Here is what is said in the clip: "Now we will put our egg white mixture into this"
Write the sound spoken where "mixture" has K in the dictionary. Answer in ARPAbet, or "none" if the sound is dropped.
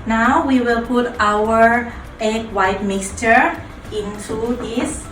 K